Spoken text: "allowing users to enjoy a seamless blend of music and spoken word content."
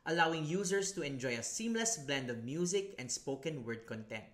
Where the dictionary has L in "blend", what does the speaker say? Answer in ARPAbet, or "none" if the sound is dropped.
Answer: L